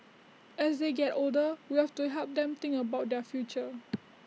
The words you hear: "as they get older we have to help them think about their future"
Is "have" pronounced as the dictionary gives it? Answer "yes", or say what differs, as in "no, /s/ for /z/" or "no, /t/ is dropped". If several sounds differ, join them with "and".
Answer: no, /f/ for /v/